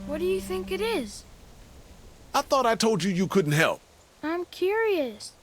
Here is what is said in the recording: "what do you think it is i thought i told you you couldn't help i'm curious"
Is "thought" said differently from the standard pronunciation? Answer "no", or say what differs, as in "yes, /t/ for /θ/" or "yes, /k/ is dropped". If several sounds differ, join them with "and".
no